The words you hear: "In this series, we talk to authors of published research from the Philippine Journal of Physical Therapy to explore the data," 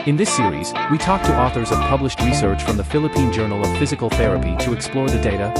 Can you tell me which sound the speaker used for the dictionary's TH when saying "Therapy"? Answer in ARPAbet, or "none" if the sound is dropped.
TH